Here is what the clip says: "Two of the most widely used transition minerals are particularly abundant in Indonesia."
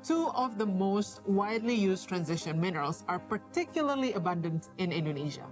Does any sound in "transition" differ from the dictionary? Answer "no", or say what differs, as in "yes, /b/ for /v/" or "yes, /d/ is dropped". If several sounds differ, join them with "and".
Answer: no